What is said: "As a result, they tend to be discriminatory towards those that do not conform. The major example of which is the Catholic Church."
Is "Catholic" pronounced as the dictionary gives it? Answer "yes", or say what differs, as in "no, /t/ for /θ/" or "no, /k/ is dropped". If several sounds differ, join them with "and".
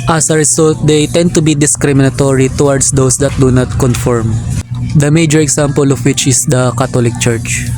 no, /t/ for /θ/